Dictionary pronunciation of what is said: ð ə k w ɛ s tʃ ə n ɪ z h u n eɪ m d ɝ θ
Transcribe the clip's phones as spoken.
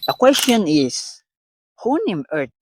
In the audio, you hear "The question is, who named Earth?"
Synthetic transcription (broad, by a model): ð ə k w ɛ s tʃ ə n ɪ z h u n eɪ m ɝ